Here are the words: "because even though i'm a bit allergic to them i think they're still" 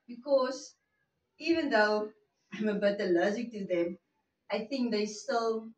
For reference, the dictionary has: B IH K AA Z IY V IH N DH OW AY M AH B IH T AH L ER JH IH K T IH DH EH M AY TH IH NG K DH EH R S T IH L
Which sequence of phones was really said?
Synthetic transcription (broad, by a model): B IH K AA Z IY V IH N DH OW AY M AH B IH T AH L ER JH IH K T IH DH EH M AY TH IH NG K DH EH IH S T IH L